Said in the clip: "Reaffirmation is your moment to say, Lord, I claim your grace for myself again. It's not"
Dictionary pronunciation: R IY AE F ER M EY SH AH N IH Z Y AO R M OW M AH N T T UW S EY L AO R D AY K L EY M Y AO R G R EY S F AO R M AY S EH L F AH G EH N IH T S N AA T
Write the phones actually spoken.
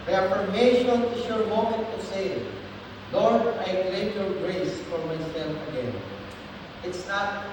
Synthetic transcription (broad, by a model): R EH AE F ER M EY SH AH N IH S Y AO R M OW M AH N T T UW S EY L AO R D AY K EY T Y AO R G R EY S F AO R M AY S EH L F AH G EH N IH T S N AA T